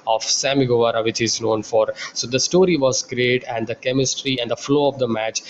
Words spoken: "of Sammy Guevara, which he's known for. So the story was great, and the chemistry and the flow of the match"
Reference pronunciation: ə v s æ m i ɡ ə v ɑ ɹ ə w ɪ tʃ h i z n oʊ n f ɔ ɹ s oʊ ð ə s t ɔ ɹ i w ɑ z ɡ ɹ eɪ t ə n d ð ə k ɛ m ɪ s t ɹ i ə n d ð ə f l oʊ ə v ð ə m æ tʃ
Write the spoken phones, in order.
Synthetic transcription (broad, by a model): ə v s æ m i ɡ ə v ɑ ɹ ə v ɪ tʃ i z n oʊ n f ɔ ɹ s oʊ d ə s t ɔ ɹ i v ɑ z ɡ ɹ eɪ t ə n d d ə k ɛ m ɪ s t ɹ i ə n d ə f l oʊ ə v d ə m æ tʃ